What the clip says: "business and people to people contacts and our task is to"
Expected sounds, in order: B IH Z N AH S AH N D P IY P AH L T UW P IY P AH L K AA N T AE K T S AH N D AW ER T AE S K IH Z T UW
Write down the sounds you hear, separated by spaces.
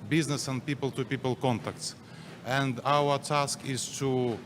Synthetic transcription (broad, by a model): B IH Z N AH S AH N D P IY P AH L T UW P IY P AH L K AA N T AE K T S AH N D AW ER T AE S K IH Z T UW